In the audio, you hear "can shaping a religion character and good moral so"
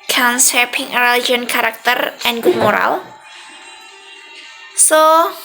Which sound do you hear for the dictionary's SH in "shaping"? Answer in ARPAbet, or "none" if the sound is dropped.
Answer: S